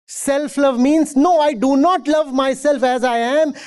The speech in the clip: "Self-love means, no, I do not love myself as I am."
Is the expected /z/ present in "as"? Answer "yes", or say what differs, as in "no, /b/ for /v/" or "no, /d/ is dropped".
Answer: yes